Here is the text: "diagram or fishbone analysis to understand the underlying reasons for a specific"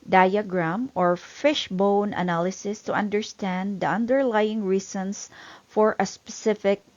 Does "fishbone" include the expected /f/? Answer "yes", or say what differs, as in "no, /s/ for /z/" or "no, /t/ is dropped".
yes